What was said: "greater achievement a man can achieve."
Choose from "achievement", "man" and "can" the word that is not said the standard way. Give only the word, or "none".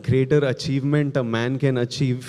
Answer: none